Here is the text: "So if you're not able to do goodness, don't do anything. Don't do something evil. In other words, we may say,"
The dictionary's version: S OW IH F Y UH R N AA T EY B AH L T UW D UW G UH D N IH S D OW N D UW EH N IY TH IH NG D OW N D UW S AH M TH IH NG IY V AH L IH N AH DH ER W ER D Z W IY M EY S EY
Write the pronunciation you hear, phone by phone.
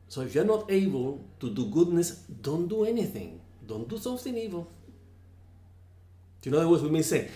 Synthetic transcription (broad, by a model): S OW IH F Y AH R N AA T EY B AH L T UW D UW G UH D N IH S D OW N D UW EH N IY TH IH NG D OW N D UW S AH M TH IH NG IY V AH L IH N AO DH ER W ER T W IY M EY S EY